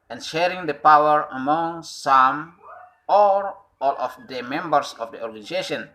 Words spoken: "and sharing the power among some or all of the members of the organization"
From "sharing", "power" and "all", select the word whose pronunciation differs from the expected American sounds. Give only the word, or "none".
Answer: none